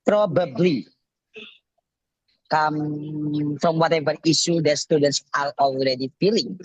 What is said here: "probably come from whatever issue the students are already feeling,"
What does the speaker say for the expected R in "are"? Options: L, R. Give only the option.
L